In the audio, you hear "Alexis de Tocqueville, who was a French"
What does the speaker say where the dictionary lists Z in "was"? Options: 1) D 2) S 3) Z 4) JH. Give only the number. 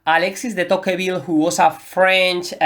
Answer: 2